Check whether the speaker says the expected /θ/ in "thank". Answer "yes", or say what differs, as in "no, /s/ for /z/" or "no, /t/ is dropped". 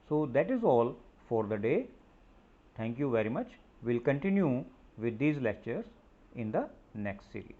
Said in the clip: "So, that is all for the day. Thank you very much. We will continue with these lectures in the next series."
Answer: no, /t/ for /θ/